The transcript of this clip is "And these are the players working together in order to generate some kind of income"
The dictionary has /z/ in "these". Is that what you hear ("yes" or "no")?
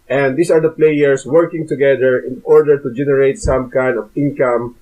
no